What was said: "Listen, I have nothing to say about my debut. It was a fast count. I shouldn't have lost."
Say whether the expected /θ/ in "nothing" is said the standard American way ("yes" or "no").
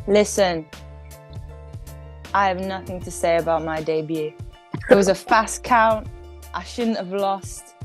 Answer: yes